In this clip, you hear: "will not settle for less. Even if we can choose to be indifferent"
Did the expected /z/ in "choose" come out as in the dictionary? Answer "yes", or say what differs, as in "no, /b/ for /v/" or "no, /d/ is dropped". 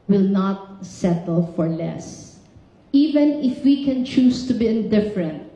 no, /s/ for /z/